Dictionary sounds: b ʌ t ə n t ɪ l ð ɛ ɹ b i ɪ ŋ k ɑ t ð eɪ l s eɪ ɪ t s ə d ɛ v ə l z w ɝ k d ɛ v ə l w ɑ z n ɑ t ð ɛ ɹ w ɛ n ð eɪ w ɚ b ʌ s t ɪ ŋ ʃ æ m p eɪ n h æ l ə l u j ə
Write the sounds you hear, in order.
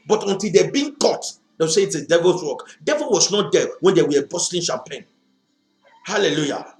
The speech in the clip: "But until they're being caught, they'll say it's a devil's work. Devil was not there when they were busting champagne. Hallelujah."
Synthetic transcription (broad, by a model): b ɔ t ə n t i l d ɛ b i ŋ k ɑ t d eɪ w s eɪ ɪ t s ə d ɛ v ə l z w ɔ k d ɛ v ə l w ɑ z n ɑ t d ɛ w ɛ n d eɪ w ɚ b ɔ s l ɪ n ʃ æ m p eɪ n h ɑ l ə l u j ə